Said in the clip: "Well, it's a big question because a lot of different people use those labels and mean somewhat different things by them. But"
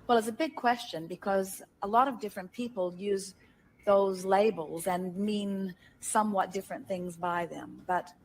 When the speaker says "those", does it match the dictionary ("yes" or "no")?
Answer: yes